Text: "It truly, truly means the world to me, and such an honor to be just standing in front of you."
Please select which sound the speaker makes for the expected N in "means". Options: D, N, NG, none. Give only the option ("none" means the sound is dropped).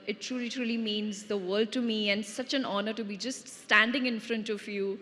N